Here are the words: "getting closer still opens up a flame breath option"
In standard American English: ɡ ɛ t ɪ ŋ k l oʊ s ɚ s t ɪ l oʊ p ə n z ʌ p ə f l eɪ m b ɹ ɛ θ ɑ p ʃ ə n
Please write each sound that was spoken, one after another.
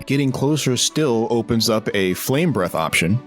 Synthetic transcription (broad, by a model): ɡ ɛ t ɪ ŋ k l oʊ s ɚ s t ɪ l oʊ p ə n z ʌ p ə f l eɪ m b ɹ ɛ θ ɑ p ʃ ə n